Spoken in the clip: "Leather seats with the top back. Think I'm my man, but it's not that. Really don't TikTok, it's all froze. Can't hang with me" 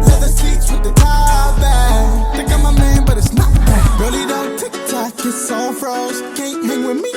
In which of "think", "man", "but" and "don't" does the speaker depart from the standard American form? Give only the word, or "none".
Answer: think